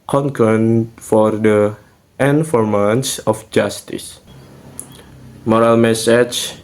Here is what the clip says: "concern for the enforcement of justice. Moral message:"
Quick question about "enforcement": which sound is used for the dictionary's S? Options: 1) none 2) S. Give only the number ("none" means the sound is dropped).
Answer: 1